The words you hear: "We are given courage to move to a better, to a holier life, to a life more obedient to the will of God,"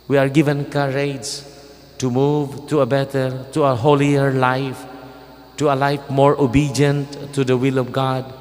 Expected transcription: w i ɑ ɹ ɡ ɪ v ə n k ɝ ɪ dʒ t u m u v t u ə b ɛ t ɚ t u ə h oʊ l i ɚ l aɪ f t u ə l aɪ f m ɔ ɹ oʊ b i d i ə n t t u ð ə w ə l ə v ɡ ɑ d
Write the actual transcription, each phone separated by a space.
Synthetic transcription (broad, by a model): w i ɑ ɹ ɡ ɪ v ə n k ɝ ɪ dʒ t u m u v t u ə b ɛ t ɚ t u ə h oʊ l i ɚ l aɪ f t u ə l aɪ f m ɔ ɹ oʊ b i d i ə n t t u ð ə w ə l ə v ɡ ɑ d